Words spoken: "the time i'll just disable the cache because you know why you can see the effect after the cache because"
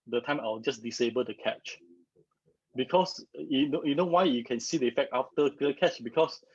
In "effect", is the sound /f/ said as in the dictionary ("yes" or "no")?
yes